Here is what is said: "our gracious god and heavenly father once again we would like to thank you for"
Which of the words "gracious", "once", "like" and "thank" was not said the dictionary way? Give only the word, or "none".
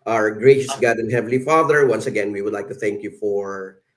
none